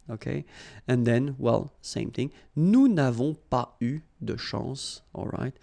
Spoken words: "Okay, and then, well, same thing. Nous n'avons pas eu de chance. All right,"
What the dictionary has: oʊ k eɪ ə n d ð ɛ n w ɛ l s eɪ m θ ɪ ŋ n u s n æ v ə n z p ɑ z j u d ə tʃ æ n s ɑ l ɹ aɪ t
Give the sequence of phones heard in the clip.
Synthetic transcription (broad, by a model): oʊ k eɪ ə n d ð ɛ n w ɛ l s eɪ m θ ɪ ŋ n u n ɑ v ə p ɑ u d ə ʃ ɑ s ɑ l ɹ aɪ t